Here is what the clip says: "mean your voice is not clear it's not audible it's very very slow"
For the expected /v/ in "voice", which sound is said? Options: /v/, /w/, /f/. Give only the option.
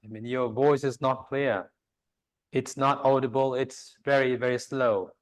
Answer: /v/